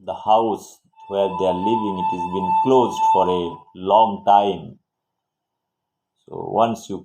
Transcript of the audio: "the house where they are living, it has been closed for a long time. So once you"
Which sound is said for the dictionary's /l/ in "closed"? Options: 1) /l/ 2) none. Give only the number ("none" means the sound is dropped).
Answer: 1